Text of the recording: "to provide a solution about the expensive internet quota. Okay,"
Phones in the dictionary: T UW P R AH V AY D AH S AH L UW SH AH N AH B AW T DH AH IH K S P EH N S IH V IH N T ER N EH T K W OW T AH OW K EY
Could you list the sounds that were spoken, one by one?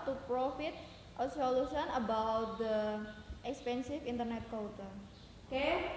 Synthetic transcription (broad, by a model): T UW P R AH F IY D AH S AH L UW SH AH N AH B AW T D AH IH K S P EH N S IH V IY N T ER N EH T K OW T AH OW K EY